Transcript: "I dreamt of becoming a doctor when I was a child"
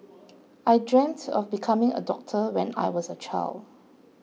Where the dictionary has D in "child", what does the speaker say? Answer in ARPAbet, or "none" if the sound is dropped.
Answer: D